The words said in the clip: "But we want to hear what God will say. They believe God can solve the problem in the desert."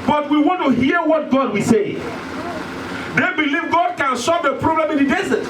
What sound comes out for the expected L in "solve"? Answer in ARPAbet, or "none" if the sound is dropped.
none